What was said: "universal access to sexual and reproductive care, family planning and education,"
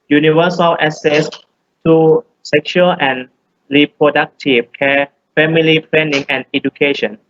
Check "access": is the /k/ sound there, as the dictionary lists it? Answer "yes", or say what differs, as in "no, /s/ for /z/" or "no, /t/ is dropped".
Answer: no, /k/ is dropped